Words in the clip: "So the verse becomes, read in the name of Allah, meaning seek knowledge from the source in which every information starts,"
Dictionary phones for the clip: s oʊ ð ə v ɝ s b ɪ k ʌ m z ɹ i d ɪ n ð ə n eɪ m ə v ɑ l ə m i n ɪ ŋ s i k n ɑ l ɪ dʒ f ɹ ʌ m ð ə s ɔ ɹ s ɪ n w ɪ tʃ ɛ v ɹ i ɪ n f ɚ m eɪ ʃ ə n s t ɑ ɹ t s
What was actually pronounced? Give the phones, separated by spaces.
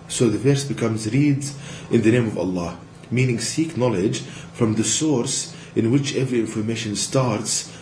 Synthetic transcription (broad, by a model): s oʊ ð ə v ɝ s b ɪ k ʌ m z ɹ i d ɪ n ð ə n eɪ m ə v ɑ l ə m i n ɪ ŋ s i k n ɑ l ɪ dʒ f ɹ ʌ m ð ə s ɔ ɹ s ɪ n w ɪ tʃ ɛ v ɹ i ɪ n f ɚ m eɪ ʃ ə n s t ɑ ɹ t s